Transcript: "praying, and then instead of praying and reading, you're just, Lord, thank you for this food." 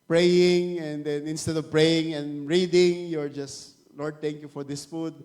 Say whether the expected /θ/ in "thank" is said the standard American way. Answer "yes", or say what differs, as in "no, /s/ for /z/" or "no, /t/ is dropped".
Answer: no, /t/ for /θ/